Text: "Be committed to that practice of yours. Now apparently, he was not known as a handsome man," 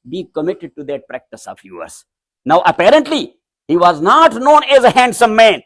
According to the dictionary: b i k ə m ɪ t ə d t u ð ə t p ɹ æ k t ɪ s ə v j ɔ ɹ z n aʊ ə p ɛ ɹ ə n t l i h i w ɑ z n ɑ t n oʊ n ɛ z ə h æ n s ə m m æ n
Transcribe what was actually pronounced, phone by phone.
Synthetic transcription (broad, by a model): b i k ə m ɪ t ə d t u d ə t p ɹ æ k t ɪ s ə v j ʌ ɹ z n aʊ ə p ɛ ɹ ə n t l i h i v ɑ z n ɑ t n oʊ n ɛ z ə h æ n s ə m m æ n